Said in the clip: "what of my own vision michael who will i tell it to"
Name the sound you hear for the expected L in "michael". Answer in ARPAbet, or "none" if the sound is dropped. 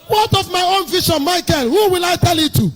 N